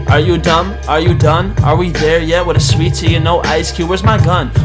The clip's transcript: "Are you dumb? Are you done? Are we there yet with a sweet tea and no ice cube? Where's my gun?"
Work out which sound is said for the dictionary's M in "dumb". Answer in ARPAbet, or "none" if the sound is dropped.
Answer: M